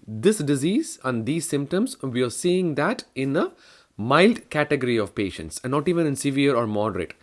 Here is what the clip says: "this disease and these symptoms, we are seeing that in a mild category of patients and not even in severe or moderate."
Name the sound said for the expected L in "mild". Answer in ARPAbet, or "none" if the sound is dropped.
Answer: L